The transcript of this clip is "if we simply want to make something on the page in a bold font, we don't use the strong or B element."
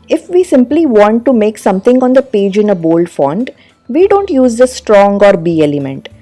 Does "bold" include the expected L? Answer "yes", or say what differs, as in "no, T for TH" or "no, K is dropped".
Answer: yes